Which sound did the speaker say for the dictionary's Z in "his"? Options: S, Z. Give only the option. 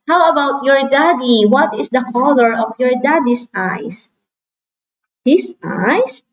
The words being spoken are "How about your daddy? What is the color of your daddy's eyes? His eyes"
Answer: S